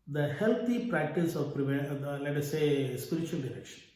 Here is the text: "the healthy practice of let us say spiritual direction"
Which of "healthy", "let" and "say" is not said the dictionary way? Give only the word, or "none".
healthy